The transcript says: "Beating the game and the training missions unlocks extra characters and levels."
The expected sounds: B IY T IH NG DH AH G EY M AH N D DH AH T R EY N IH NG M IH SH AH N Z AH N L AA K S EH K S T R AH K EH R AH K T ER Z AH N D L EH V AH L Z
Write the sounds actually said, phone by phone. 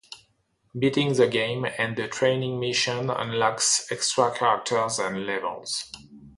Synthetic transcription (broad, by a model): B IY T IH NG DH AH G EY M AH N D DH AH T R EY N IH NG M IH SH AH N AH N L AA K S EH K S T R AH K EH R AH K T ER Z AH N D L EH V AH L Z